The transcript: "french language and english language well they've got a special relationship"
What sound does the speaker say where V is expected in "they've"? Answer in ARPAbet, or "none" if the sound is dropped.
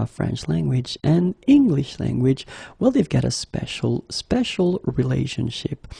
V